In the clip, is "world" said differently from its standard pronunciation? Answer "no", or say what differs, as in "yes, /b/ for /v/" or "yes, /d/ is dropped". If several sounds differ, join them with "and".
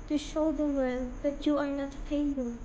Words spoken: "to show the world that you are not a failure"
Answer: yes, /l/ is dropped